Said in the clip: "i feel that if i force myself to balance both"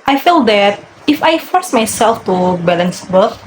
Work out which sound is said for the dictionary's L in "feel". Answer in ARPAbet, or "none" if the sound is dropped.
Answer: L